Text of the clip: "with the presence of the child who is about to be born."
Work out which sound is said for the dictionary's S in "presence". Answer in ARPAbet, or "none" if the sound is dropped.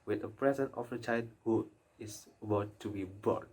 none